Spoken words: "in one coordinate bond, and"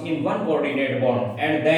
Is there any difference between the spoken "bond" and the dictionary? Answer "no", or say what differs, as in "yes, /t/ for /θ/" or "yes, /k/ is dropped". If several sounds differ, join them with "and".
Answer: yes, /n/ is dropped